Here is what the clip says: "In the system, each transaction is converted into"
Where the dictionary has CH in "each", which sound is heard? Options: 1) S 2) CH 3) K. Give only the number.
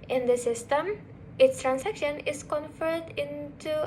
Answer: 1